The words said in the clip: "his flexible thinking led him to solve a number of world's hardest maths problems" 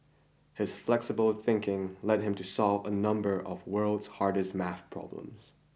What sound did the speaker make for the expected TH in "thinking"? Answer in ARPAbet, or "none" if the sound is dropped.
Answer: TH